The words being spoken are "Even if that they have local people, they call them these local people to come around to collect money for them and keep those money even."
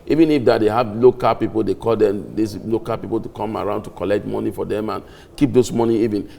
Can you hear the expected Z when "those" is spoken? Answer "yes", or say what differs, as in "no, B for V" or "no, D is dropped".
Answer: no, S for Z